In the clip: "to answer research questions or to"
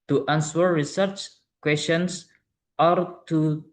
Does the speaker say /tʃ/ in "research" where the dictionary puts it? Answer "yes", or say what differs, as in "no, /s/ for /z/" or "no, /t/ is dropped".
yes